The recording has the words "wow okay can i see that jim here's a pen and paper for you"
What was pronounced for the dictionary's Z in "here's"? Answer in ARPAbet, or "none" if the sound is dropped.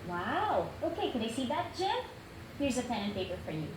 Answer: Z